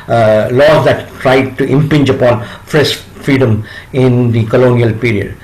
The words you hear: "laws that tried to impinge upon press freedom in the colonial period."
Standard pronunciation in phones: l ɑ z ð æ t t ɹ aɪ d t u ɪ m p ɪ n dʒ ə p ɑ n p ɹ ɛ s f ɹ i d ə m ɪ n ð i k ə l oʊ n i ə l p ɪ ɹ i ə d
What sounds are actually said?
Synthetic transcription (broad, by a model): l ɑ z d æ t t ɹ aɪ d t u ɪ m p ɪ n dʒ ə p ɑ n f ɹ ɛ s f ɹ i d ə m ɪ n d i k ə l oʊ n i ə l p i ɹ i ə d